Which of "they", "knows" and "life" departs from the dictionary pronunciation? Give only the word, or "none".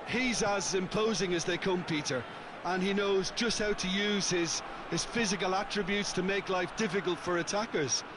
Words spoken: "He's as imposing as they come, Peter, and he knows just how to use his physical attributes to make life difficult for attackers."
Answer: none